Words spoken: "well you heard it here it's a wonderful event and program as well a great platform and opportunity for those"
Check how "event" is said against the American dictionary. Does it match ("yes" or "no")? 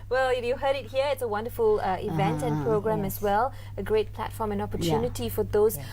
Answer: yes